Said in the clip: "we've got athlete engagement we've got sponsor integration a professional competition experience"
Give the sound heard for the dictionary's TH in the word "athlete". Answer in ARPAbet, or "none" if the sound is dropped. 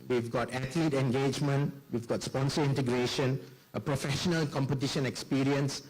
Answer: T